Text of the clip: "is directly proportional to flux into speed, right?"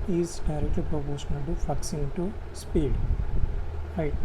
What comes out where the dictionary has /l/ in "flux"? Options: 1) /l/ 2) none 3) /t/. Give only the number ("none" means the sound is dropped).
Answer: 2